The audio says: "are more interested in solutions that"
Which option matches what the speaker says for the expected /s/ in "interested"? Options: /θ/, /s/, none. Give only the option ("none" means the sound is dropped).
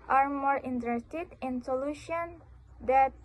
/s/